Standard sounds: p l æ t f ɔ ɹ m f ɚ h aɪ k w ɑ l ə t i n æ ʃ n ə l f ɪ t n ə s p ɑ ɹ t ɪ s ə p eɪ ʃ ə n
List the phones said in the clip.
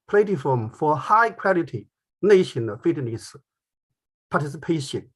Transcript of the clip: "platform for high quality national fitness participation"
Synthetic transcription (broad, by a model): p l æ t f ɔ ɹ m f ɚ h aɪ k w ɑ l ə t i n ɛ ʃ ə n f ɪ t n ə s p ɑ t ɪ s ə p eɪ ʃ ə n